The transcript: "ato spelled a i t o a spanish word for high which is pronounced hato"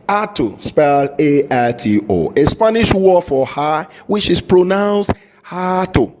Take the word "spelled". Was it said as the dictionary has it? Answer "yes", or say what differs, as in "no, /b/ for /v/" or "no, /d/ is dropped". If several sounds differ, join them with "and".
no, /d/ is dropped